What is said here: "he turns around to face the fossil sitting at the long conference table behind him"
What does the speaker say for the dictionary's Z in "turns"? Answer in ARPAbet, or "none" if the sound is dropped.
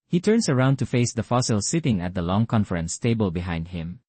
S